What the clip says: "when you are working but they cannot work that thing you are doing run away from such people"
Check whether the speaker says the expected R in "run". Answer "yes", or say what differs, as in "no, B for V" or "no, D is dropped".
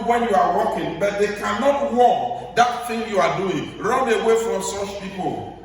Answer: yes